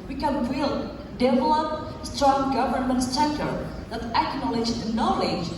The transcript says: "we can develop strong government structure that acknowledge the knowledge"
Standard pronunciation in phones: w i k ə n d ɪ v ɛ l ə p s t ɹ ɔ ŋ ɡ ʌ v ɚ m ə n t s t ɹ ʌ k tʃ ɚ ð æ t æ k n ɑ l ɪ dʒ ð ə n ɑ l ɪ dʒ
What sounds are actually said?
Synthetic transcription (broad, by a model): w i k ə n d ɪ v ɛ l ə p s t ɹ ɔ ŋ ɡ ʌ v ɚ m ə n t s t ʌ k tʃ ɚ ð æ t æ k n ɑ l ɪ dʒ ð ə n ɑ l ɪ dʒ